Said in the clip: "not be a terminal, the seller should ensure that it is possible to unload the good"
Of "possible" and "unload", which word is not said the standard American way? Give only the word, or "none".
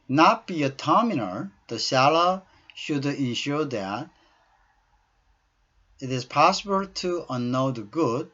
unload